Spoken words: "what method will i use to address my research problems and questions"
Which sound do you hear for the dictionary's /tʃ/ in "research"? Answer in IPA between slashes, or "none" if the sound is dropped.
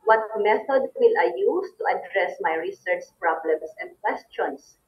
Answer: /tʃ/